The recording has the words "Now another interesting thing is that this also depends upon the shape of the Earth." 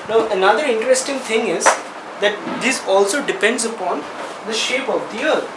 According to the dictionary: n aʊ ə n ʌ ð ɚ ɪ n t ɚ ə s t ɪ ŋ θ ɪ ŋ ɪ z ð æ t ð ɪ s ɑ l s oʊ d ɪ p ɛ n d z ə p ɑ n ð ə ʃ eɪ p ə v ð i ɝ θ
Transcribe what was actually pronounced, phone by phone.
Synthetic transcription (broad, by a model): n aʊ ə n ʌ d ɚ ɪ n t ɚ ə s t ɪ ŋ t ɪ ŋ ɪ z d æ t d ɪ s ɑ l s oʊ d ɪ p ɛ n d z ə p ɑ n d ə ʃ eɪ p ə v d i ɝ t